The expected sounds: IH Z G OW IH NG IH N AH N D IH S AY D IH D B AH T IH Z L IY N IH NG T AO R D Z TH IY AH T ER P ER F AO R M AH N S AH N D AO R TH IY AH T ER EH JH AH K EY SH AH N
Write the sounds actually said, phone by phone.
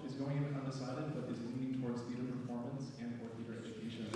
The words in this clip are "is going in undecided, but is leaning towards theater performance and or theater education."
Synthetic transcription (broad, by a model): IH Z G OW IH NG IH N AH N D IH S AY D IH D B AH T IH Z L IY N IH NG T AO R D Z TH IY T ER P ER F AO R M AH N S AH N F AO R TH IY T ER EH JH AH K EY SH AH N